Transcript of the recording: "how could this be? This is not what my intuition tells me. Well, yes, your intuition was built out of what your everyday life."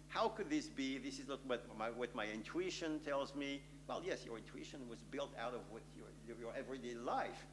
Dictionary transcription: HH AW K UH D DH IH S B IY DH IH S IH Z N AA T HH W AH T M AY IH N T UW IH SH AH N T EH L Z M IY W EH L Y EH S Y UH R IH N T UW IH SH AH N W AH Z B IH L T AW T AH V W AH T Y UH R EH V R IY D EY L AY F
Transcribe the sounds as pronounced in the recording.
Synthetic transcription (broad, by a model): HH AW K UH D DH IH S B IY DH IH S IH Z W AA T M W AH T M AY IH N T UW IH SH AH N T EH L Z M IY W EH L Y EH S Y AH R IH N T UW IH SH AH N W AH Z B IH L T AW T AH V W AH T Y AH R EH V R IY D EY L AY F